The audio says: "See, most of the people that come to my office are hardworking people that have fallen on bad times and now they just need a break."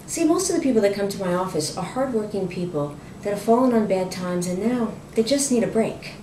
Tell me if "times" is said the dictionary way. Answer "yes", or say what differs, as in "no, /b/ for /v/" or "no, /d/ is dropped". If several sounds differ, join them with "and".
yes